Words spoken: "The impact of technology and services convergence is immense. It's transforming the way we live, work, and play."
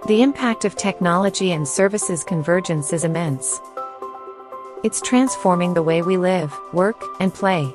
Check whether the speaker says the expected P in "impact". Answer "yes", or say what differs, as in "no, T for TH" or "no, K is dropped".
yes